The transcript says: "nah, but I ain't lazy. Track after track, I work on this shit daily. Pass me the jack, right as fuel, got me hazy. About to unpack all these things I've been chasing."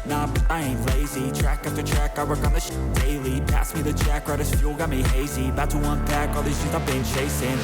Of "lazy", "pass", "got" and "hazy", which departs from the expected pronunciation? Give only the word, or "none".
none